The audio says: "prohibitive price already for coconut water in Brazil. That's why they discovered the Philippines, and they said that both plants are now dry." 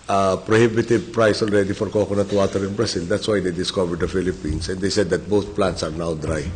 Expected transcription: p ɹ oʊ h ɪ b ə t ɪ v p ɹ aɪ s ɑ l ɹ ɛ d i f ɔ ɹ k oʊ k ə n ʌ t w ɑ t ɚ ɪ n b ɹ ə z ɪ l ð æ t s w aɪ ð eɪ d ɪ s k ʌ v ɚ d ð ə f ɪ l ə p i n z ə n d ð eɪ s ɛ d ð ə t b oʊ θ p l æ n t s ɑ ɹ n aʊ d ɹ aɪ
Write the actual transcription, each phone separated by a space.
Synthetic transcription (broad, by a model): p ɹ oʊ h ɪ b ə t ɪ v p ɹ aɪ s ɑ l ɹ ɛ d i f ɔ ɹ k oʊ k ə n ʌ t w ɑ t ɚ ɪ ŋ b ɹ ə s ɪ l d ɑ t s w aɪ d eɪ d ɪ s k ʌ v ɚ d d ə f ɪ l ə p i n s ə n d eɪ s ɛ d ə t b oʊ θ p l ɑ n t s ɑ ɹ n aʊ d ɹ aɪ